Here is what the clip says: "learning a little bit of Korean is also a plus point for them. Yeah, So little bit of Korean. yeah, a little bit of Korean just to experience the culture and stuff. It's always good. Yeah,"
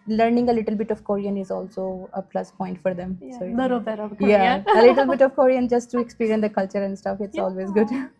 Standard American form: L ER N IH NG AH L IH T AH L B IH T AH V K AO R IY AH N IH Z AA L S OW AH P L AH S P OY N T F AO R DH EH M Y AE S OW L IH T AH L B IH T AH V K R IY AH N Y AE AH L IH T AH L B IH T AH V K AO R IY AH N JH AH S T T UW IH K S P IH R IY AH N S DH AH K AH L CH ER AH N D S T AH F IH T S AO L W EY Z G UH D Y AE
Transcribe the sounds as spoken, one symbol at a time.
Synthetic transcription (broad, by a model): L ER N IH NG AH L IH T AH L B IH T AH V K AO R IY AH N IH Z AA L S OW AH P L AH S P OY N T F AO R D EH M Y S OW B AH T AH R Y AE AH L IH T AH L B IH T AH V K AO R IY AH N JH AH S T T UW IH K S P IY R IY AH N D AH K AH L CH ER AH N D S T AH F IH T S AO L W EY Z G UH D